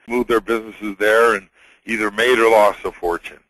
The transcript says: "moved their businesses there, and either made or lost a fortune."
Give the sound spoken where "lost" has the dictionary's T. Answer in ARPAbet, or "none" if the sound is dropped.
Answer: none